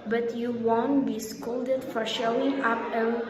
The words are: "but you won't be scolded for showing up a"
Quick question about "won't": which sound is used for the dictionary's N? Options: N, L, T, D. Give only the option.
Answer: N